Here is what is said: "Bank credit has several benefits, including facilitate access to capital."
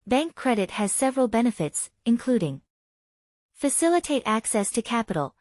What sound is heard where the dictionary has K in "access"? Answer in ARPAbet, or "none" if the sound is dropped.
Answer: K